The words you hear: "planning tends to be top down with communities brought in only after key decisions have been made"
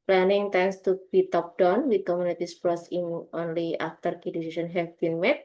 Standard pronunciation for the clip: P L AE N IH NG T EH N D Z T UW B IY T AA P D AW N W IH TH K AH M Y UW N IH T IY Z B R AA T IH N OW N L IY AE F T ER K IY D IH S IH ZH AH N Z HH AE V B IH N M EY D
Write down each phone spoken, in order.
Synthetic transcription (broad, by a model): P L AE N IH NG T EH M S T UW B IY T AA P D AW N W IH K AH M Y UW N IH T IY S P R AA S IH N OW N L IY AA F T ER K IY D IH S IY S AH N HH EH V B IH N M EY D